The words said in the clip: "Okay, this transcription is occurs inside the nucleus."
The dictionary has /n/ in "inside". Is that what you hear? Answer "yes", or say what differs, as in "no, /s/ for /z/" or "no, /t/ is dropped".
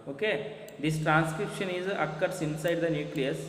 yes